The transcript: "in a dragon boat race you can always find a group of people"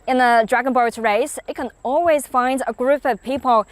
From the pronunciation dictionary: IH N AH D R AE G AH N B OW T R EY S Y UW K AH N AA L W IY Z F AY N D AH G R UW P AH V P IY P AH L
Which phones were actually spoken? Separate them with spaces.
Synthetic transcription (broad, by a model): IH N AH D R AE G AH N B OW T R EY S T K AH N AA L W IY Z F AY N D AH G R UW P AH V P IY P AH L